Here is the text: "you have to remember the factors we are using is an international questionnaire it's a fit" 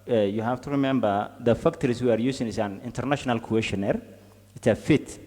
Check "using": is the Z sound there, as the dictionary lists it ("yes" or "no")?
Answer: no